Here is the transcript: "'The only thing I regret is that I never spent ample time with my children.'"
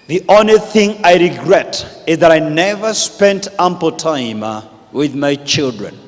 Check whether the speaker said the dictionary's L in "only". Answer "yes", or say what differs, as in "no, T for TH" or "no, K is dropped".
no, L is dropped